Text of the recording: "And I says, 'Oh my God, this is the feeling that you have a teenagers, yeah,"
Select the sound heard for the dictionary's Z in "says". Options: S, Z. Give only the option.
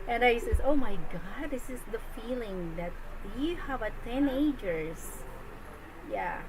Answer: S